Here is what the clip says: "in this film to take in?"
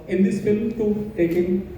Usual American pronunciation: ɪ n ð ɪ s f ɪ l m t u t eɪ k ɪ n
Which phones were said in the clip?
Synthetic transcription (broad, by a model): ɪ n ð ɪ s f ɪ l m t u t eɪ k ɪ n